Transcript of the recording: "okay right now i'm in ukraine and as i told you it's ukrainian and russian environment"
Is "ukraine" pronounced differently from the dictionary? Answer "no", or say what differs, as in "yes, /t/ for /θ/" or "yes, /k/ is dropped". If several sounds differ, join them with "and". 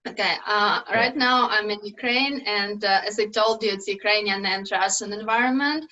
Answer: no